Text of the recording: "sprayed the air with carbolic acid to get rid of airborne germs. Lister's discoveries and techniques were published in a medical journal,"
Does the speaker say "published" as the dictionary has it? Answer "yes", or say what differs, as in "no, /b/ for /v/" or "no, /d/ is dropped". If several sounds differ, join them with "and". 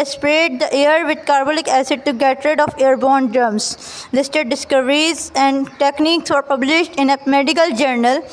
yes